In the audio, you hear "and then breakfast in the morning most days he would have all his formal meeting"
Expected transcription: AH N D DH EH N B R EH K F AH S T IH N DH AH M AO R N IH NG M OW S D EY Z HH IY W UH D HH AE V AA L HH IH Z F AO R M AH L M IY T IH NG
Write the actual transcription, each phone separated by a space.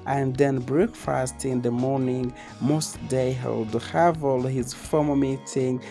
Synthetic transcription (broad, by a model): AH N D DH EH N B R EH K F AH S T IH N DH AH M AO R N IH NG M OW S D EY HH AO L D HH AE V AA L HH IH Z F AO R M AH M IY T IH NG